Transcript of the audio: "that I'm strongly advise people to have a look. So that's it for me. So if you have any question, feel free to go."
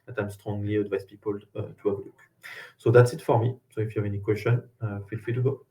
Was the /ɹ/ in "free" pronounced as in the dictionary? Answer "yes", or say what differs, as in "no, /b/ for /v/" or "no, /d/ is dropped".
no, /ɹ/ is dropped